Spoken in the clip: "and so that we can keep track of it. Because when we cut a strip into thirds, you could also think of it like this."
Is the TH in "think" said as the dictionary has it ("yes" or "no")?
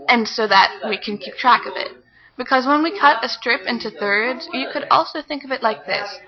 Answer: yes